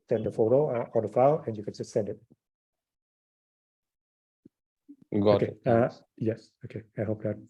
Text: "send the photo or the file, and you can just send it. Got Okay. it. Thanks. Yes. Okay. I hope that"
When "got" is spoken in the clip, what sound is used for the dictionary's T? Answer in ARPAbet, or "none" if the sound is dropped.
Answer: none